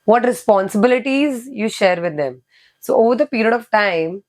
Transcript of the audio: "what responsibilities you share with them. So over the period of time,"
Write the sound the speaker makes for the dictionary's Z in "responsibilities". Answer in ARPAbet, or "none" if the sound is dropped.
Z